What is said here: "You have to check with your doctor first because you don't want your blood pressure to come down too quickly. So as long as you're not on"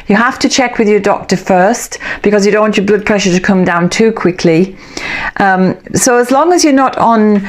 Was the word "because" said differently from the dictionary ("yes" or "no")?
no